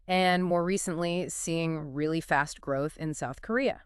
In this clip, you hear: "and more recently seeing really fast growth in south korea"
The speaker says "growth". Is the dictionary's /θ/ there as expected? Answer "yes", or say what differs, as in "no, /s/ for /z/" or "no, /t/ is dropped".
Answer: yes